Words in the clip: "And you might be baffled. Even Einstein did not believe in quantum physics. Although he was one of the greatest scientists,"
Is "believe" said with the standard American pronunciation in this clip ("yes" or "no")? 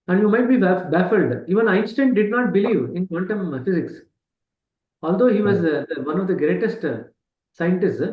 yes